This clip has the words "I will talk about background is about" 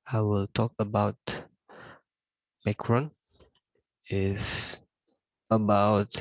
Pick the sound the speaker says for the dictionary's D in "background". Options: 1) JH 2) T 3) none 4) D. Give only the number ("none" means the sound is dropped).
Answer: 3